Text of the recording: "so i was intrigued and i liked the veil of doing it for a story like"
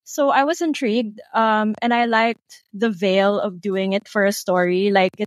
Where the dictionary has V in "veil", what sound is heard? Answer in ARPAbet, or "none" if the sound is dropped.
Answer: V